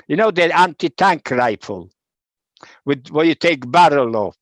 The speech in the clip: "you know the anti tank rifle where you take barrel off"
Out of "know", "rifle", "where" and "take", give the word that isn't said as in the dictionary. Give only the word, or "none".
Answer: where